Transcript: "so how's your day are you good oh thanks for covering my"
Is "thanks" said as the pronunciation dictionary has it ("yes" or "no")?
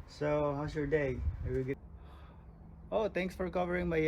no